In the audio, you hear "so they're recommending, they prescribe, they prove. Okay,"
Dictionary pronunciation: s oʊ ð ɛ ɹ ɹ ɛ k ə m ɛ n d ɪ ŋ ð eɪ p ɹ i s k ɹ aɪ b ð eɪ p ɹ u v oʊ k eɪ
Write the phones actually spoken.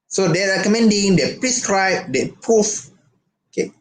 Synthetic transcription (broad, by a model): s oʊ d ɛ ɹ ɹ ɛ k ə m ɛ n d ɪ ŋ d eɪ p ɹ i s k ɹ aɪ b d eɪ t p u f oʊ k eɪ